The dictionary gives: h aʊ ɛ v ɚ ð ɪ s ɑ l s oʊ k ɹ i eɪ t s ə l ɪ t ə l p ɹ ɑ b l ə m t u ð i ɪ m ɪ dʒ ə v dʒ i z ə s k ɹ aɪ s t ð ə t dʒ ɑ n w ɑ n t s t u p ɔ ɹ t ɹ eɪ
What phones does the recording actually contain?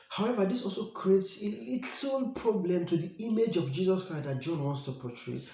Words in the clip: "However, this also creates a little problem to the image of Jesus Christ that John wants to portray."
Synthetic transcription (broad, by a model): h aʊ ɛ v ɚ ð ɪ s ɑ l s oʊ k ɹ i eɪ t s ə l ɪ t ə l p ɹ ɑ b l ə m t u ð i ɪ m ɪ dʒ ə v dʒ i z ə s k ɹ aɪ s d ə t dʒ ɑ n w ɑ n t s t u p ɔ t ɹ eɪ